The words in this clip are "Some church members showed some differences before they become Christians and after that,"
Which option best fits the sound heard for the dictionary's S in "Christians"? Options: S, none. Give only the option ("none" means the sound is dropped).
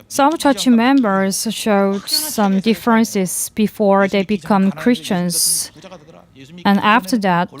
S